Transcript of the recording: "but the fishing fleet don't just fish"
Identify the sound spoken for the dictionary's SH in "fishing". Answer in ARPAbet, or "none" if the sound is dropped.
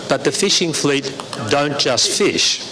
SH